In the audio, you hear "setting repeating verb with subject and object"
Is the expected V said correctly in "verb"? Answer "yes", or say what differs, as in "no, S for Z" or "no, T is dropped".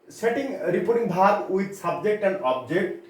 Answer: no, B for V